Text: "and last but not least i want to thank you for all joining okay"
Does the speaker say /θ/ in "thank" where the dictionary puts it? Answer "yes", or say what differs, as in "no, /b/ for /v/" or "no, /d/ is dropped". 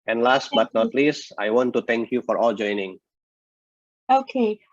no, /t/ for /θ/